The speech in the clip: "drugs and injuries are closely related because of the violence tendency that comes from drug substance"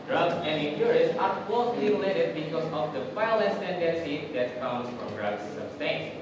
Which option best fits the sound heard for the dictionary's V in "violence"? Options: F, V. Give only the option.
F